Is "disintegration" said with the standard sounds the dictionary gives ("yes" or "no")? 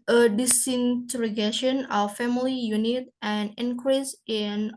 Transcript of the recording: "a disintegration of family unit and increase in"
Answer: no